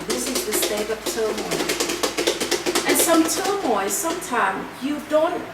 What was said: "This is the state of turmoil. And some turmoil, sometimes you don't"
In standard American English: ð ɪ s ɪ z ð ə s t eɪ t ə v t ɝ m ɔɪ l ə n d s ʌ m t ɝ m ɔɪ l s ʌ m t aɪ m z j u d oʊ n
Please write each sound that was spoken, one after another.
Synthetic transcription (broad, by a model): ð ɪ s ɪ z ð ə s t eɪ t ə p t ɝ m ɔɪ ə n s ʌ m t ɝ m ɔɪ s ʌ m t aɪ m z j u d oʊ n